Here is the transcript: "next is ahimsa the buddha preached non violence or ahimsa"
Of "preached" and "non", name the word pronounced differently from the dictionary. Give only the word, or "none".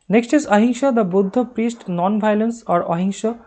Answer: preached